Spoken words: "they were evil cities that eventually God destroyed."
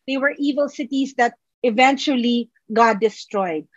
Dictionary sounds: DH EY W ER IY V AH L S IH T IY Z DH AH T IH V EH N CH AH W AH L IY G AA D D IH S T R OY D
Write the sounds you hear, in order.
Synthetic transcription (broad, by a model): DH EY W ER IY V AH L S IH T IY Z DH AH T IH V EH N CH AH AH L IY G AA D D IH S T R OY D